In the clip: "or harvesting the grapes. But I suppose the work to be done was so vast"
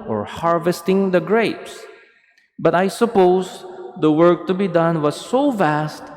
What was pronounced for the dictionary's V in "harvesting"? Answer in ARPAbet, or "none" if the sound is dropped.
V